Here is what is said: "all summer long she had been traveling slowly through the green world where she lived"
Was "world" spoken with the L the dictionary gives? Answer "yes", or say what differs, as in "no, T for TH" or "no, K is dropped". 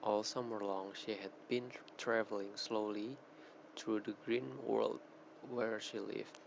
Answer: yes